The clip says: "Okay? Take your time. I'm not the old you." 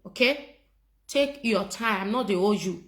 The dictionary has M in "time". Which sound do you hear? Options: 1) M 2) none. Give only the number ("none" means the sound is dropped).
2